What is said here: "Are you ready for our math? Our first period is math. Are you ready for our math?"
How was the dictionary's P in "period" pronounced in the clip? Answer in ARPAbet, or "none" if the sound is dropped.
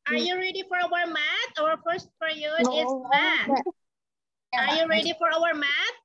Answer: F